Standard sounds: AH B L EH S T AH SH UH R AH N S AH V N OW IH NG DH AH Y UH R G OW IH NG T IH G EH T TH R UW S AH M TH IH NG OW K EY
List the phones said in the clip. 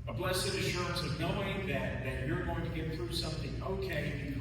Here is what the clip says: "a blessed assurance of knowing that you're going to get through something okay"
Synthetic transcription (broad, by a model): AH B L EH S AH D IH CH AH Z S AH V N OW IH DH DH AH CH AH R G OW IH NG T IH G EH T TH R UW S AH M TH IH NG OW K EY